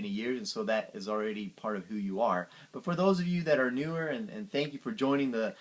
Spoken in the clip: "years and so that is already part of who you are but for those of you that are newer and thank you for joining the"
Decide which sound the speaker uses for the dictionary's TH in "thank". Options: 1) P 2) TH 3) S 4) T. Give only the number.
2